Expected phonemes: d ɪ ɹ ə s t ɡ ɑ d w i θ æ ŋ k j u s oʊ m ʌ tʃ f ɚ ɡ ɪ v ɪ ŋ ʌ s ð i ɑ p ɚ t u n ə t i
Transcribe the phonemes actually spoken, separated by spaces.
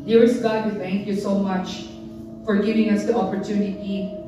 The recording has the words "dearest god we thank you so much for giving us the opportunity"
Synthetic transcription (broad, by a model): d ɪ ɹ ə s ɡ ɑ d w i θ æ ŋ k j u s oʊ m ʌ tʃ f ɚ ɡ ɪ v ɪ ŋ ʌ s ð i ɑ p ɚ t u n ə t i